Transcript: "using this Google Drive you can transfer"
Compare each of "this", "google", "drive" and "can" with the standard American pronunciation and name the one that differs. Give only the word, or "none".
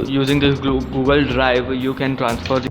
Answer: this